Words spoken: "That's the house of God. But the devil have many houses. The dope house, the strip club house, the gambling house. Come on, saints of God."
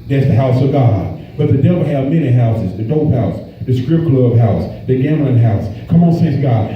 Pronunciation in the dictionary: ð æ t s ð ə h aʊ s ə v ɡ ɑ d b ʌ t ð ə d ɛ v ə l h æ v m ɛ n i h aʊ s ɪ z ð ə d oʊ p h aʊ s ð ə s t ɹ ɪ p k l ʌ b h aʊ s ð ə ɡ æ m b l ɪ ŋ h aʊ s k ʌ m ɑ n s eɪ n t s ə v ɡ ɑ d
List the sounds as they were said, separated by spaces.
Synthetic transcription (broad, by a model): ð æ t s ð ə h aʊ s ə v ɡ ɑ d b ʌ t ð ə d ɛ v l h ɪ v m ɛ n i h aʊ s ɪ z ð ə d oʊ p h aʊ s ð ə s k ɹ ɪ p k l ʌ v h aʊ s ð ə ɡ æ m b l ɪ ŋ h aʊ s k ʌ m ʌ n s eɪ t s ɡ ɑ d